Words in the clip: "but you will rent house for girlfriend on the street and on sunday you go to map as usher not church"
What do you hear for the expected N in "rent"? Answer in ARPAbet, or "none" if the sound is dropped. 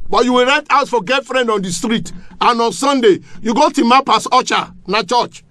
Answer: none